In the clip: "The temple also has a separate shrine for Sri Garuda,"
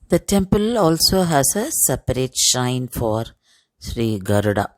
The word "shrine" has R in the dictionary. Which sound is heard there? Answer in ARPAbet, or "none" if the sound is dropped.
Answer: none